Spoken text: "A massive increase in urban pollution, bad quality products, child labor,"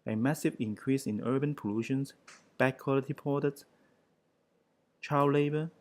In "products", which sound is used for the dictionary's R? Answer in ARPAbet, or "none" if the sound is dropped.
none